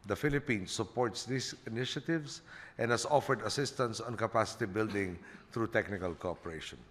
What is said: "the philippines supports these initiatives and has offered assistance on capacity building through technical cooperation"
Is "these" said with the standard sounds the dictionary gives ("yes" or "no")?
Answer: no